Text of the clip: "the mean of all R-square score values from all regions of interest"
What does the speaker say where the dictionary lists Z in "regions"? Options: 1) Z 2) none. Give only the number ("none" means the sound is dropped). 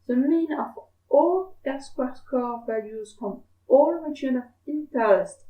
2